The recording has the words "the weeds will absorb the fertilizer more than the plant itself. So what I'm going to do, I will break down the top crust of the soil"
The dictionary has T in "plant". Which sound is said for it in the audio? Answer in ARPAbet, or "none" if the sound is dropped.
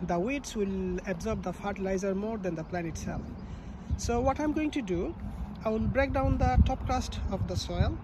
none